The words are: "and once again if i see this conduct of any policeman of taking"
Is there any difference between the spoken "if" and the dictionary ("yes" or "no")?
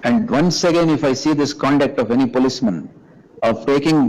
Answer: no